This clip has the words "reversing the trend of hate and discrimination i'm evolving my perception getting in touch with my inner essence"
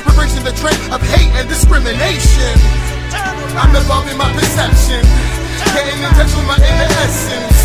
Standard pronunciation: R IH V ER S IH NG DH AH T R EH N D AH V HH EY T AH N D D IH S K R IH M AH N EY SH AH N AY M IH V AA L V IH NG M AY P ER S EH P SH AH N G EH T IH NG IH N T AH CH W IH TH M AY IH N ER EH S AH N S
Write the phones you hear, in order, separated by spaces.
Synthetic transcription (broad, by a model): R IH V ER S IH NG DH AH T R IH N AH V HH EY T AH N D D IH S K R IH M AH N EY SH AH N AY M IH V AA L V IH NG M AY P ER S EH P SH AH N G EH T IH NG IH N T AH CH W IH M AY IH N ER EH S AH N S